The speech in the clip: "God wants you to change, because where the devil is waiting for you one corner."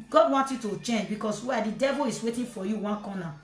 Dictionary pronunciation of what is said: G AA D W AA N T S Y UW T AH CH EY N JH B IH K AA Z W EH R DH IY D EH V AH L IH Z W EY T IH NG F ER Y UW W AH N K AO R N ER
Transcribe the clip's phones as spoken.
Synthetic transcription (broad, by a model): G AA D W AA N T Y UW T AH CH EY N JH B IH K AA S W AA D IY D EH V AH L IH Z W EY T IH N F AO Y UW W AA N K AO N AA